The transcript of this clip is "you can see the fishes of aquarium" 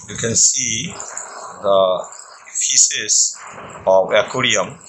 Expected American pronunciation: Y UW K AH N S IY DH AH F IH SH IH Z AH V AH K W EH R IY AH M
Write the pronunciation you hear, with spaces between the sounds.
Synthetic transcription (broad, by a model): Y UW K AH N S IY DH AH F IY S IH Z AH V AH K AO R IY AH M